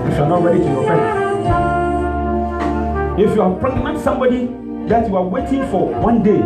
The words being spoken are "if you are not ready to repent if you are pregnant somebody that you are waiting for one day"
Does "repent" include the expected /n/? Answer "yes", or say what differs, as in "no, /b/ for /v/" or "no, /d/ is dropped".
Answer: no, /n/ is dropped